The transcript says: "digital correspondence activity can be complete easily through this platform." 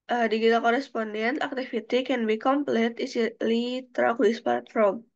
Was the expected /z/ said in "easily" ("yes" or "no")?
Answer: no